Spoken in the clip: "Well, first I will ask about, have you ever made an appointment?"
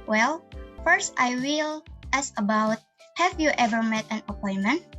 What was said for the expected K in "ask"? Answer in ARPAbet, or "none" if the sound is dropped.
none